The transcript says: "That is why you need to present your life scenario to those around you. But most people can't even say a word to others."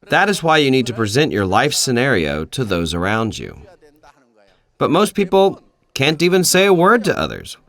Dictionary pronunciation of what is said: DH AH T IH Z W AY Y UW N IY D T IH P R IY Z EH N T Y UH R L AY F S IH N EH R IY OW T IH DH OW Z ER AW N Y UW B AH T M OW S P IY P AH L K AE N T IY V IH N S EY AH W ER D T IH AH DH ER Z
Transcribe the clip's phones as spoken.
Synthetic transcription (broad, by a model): DH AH T IH Z W AY Y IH N IY D T IH P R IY Z EH N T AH R L AY F S IH N EH R IY OW T IH DH OW Z ER AW N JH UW B AH T M OW S P IY P L K AE N T IY V IH N S EY AH W ER D T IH AH DH ER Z